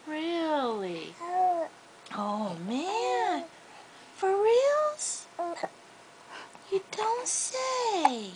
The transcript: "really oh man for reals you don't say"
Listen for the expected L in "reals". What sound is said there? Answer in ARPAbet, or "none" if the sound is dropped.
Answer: L